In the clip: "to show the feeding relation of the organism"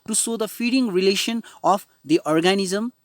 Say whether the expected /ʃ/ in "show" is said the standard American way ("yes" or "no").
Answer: no